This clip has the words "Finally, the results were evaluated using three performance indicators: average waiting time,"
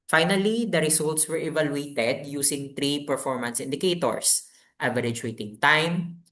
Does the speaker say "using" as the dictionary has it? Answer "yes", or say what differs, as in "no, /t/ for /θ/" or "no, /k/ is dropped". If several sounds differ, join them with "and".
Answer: no, /s/ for /z/